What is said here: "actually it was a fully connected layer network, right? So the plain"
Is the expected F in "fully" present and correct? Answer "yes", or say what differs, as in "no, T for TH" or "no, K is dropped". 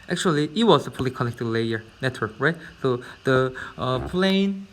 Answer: no, P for F